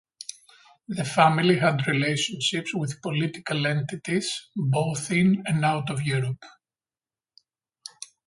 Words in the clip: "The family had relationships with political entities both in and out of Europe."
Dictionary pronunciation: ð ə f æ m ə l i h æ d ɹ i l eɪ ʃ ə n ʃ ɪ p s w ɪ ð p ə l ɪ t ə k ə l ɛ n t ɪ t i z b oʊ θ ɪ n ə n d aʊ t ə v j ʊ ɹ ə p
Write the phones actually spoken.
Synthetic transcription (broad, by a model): ð ə f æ m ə l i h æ d ɹ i l eɪ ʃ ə n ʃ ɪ p s w ɪ ð p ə l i t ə k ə l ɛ n t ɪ t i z b oʊ θ ɪ n ə n d aʊ t ə v j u ɹ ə p